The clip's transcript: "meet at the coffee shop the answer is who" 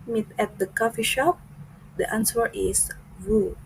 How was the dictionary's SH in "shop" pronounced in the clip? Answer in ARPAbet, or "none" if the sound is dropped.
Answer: SH